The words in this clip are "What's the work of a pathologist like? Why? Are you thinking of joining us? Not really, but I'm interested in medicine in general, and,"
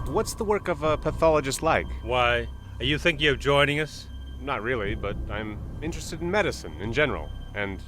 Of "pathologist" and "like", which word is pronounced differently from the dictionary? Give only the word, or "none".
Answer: none